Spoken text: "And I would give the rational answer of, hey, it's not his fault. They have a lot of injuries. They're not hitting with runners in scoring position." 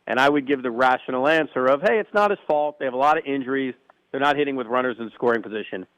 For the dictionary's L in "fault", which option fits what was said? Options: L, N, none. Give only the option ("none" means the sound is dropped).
L